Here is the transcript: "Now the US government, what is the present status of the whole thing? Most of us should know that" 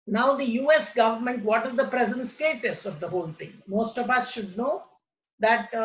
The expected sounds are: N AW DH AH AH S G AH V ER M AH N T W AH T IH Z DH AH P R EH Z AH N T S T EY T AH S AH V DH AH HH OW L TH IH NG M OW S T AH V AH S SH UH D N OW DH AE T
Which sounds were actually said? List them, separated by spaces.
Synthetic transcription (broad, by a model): N AW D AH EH S G AH V ER M AH N T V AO T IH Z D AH P R EH Z AH N T S T EY T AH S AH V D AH HH OW L T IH NG M OW S T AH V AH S SH UH D N OW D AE T